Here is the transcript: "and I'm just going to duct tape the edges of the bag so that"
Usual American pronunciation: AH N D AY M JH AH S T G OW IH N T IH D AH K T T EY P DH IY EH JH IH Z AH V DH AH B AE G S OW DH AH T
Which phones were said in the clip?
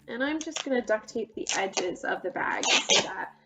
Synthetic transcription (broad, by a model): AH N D AY M JH AH S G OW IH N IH D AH K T T EY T DH IY EH JH IH Z AH V DH AH B AE G S OW DH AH T